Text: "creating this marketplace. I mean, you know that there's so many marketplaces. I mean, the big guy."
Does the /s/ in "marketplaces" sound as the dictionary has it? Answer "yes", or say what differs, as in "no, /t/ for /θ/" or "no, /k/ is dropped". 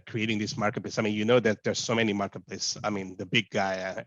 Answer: no, /s/ is dropped